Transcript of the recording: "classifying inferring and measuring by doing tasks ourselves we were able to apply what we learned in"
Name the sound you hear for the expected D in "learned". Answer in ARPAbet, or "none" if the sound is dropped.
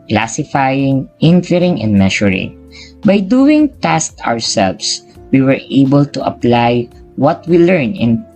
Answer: none